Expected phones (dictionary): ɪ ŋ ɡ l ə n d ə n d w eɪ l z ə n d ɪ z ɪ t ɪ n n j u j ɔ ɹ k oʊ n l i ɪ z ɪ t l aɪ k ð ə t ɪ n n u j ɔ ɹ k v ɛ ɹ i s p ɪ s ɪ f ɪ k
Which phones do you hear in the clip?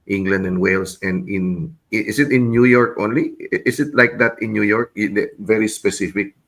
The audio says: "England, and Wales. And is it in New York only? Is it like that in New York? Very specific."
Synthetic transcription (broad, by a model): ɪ ŋ ɡ l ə n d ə n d w eɪ l s ə n d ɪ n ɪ t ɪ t n j u j ɔ ɹ k oʊ n l i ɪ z ɪ t l aɪ k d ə t ɪ n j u j ɔ ɹ k v ɛ ɹ i s p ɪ s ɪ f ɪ k